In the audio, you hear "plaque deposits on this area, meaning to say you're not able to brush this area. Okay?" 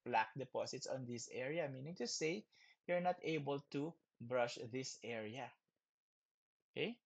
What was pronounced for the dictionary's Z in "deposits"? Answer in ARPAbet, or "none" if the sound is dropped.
S